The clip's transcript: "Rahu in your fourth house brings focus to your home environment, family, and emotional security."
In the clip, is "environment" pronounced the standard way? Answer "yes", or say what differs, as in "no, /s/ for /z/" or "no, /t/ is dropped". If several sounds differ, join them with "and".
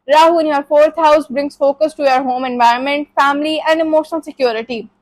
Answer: yes